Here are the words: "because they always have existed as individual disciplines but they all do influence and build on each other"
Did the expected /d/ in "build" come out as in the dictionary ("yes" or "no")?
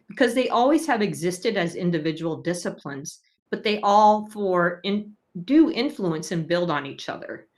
yes